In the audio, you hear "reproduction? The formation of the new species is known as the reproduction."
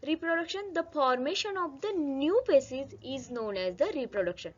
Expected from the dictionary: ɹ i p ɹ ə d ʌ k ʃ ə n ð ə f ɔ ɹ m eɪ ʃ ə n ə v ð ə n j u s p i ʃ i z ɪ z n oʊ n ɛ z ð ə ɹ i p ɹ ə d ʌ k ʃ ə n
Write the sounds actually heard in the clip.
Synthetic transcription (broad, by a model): ɹ i p ɹ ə d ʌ k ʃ ə n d ə f ɔ ɹ m eɪ ʃ ə n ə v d ə n j u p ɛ s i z ɪ z n oʊ n ɛ z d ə ɹ i p ɹ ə d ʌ k ʃ ə n